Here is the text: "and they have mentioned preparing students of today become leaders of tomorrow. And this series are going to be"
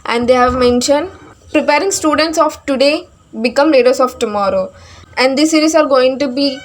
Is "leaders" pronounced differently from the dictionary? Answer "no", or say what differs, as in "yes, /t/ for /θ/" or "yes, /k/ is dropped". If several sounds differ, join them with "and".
yes, /s/ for /z/